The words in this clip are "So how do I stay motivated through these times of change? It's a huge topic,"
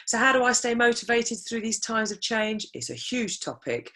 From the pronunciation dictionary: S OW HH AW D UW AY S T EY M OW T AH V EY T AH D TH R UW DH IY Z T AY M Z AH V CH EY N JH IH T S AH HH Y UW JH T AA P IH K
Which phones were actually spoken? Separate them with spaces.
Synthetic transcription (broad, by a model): S OW HH AW D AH AY S T EY M OW T AH V EY T AH D TH R UW DH IY Z T AY M Z AH V CH EY N JH IH T S AH HH Y UW JH T AA P IH K